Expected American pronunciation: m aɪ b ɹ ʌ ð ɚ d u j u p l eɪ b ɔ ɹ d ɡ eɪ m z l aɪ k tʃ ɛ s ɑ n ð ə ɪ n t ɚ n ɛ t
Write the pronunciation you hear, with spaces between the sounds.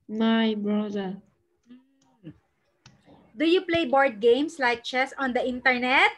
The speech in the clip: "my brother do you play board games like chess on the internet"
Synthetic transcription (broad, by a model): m aɪ b ɹ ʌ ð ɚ d u j u p l eɪ b ɔ ɹ d ɡ eɪ m s l aɪ k tʃ ɛ s ɑ n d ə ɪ n t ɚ n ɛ t